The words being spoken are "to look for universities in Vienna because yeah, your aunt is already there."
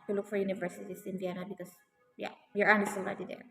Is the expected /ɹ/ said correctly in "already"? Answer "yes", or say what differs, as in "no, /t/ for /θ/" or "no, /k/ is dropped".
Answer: no, /l/ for /ɹ/